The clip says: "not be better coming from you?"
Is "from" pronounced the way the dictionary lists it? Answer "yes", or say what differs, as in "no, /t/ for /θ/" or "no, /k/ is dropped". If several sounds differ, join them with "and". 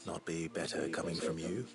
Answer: yes